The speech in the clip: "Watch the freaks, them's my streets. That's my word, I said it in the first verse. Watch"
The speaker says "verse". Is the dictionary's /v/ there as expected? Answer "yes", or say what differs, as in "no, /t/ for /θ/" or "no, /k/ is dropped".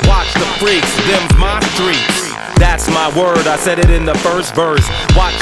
yes